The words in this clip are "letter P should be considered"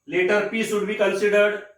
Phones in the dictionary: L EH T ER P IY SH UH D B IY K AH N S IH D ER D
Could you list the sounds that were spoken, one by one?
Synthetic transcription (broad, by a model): L EH T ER P IY S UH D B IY K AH N S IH D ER D